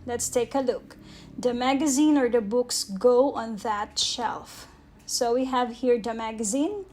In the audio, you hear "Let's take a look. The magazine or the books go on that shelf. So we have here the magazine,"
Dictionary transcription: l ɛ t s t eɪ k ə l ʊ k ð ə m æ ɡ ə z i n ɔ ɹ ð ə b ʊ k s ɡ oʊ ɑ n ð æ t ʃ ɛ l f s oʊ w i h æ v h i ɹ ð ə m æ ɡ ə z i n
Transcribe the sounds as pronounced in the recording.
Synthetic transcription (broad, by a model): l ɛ t s t eɪ k ə l ʊ k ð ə m æ ɡ ə z i n ɔ ɹ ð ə b ʊ k s ɡ oʊ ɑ n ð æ t ʃ ɛ l f s oʊ w i h æ v h i ɹ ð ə m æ ɡ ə z i n